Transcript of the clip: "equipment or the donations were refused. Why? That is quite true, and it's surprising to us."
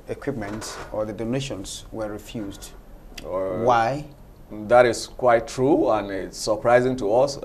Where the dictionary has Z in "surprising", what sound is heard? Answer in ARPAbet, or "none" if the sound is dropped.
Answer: Z